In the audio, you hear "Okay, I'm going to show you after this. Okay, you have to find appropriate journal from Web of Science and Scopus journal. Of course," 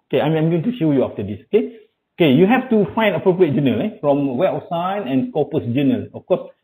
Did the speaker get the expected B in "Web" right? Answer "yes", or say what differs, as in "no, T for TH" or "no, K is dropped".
no, B is dropped